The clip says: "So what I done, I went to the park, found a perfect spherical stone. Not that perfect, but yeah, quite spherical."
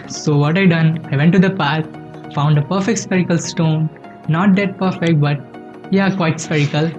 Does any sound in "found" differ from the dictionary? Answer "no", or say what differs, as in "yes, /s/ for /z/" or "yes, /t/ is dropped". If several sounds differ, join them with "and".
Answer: no